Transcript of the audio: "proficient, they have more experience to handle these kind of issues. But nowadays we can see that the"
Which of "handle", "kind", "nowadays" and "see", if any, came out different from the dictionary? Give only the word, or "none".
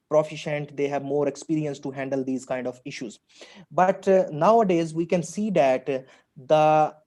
none